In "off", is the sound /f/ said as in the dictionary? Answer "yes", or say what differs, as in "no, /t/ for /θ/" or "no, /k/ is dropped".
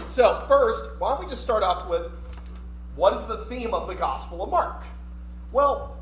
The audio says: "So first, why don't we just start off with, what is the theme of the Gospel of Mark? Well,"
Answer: no, /p/ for /f/